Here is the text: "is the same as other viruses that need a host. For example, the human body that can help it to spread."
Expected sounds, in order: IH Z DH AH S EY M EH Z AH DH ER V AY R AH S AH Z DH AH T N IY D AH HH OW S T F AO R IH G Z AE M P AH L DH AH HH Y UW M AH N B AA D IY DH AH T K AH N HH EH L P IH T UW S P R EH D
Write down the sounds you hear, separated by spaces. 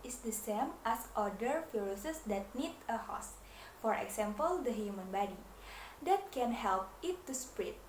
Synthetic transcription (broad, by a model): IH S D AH S EY M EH S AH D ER F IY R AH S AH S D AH T N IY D AH HH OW S F AO R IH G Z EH M P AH L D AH HH Y UW M AH N B AA D IY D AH T K AH N HH EH L P IH T UW S P R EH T